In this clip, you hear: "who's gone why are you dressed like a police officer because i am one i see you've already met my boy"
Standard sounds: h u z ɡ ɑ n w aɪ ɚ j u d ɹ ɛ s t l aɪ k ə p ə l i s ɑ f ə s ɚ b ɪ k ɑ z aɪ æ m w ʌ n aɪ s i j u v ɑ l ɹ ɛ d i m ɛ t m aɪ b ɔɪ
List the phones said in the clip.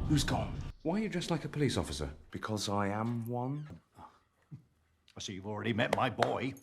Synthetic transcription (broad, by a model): h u z ɡ ɑ n w aɪ j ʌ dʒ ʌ s t l aɪ k ə p ə l i s ɑ f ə s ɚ b ɪ k ɑ z aɪ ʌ m w ʌ n aɪ s i j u v ɑ l ɹ ɛ d i m ɛ t m aɪ b ɔɪ